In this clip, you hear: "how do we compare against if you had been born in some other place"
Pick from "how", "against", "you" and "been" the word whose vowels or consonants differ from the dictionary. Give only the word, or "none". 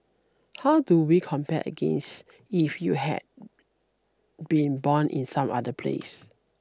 none